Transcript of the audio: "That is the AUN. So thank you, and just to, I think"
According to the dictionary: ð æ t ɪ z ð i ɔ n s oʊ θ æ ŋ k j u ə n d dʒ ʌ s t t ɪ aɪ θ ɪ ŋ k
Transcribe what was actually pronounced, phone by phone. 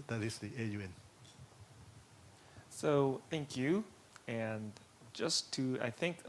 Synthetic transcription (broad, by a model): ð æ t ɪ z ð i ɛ n s oʊ θ æ ŋ k j u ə n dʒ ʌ s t t ɪ aɪ θ ɪ ŋ k